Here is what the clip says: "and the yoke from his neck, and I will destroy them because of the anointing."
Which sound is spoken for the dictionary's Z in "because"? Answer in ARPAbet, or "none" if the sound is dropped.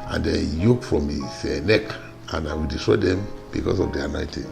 S